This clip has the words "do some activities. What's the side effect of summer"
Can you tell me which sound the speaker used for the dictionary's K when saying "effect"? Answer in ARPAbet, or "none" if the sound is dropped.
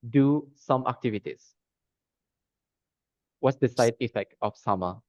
K